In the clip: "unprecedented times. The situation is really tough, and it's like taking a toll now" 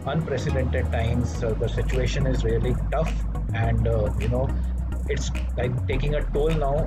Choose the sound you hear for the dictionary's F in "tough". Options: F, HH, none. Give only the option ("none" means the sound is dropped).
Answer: F